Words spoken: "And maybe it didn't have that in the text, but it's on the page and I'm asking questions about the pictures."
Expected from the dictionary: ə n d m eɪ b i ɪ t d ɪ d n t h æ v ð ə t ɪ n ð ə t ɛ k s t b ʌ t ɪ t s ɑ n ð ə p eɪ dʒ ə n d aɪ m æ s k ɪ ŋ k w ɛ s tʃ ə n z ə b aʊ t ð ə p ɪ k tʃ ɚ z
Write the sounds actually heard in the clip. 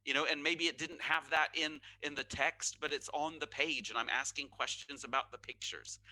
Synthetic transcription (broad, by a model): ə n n m eɪ b i ɪ t d ɪ d n t h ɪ v ð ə t ɪ n ð ə t ɛ k s t b ʌ t ɪ t s n ð ə p eɪ dʒ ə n aɪ m æ s k ɪ ŋ k w ɛ s tʃ ə n z ə b aʊ t ð ə p ɪ k tʃ ɚ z